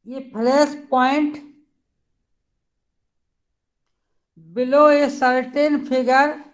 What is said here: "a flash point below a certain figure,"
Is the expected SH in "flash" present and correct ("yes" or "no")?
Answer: no